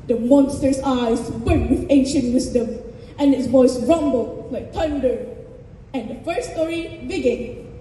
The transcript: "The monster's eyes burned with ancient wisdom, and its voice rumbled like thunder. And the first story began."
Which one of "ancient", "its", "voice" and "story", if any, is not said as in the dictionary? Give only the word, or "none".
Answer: voice